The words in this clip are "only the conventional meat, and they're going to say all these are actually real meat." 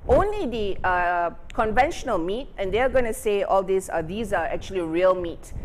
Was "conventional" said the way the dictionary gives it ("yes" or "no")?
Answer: yes